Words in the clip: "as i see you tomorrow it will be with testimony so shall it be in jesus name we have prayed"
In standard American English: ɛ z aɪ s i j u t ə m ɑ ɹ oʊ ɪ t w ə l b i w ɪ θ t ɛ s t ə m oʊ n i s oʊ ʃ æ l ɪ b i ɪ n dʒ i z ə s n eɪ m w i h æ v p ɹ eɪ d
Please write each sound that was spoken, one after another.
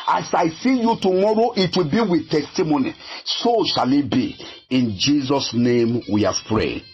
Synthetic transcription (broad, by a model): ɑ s aɪ s i j u t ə m ɑ ɹ oʊ ɪ t w ə l b i w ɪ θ t ɛ s t ə m oʊ n i s oʊ ʃ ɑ l ɪ b i ɪ n dʒ i z ə s n eɪ m w i h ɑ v p ɹ eɪ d